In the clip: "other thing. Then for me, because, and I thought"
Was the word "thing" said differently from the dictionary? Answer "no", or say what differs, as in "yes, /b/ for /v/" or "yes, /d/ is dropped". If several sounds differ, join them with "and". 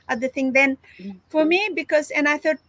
yes, /t/ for /θ/